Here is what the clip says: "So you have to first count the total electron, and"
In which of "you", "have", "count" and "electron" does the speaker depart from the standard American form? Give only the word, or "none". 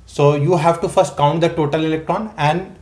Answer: none